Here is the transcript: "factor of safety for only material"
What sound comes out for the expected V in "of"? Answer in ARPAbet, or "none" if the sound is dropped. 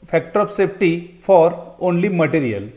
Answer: P